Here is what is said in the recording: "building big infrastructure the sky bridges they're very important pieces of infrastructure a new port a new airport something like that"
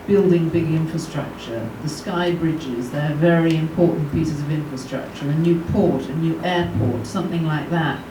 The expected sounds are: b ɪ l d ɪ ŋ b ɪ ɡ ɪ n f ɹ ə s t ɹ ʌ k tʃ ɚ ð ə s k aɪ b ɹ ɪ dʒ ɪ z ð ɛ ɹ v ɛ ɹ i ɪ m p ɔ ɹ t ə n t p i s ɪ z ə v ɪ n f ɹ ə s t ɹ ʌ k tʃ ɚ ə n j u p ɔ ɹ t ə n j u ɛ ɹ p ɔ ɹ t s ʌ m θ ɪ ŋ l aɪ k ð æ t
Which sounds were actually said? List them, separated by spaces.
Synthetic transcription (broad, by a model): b ɪ l d ɪ ŋ b ɪ ɡ ɪ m f ɹ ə s t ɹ ʌ k tʃ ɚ ð ə s k aɪ b ɹ ɪ dʒ ɪ z ð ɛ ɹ v ɛ ɹ i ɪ m p ɔ ɹ t n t p i s ɪ z ə v ɪ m f ɹ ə s t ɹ ʌ k tʃ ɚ ə n j u p ɔ ɹ t ə n j u ɛ ɹ p ɔ ɹ t s ʌ m θ ɪ ŋ l aɪ k ð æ t